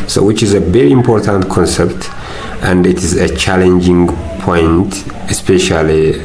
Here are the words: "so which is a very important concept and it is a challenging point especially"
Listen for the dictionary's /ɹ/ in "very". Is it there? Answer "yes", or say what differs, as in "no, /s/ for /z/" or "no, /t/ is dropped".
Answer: yes